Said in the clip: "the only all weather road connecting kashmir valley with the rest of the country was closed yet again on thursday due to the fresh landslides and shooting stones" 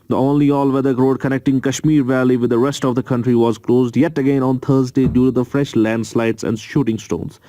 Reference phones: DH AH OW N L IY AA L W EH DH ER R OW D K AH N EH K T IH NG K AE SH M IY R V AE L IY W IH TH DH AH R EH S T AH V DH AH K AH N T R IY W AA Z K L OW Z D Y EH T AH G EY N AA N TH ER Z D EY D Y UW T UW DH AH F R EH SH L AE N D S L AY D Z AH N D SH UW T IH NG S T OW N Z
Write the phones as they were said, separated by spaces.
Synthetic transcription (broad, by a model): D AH OW N L IY AA L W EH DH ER R OW D K AH N EH K T IH NG K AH SH M IY R V AE L IY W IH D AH R EH S T AH V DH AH K AH N T R IY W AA Z K L OW Z D Y EH T AH G EY N AA N T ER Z D EY D Y UW T UW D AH F R EH SH L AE N D S L AY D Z AH N D SH UW T IH NG S T OW N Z